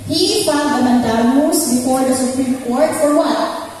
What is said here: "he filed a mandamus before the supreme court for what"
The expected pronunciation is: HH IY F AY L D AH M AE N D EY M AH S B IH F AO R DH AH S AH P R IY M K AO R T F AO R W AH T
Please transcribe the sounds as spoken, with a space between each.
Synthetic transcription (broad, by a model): HH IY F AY D AH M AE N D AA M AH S B IH F AO R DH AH S AH P R IY M K AO R T F AO R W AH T